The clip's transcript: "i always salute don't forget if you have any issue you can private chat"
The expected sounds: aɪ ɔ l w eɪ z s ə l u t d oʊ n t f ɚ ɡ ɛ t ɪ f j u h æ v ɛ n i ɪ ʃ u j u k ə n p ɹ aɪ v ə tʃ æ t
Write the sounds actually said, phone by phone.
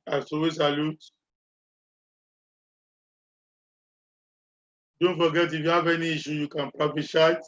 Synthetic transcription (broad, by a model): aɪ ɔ w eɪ s ə l u t d oʊ n t f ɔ ɡ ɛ t ɪ f j u h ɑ v ɛ n i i ʃ u j u k ə n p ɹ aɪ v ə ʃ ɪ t